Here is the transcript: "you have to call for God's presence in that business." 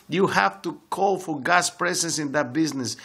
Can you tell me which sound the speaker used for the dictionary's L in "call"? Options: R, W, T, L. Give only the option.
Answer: L